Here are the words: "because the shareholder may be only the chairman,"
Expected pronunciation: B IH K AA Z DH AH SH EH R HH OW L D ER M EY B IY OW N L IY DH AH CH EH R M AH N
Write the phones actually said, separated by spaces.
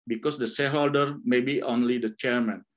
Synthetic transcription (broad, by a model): B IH K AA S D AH S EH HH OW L D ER M EY B IY OW N L IY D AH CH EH R M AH N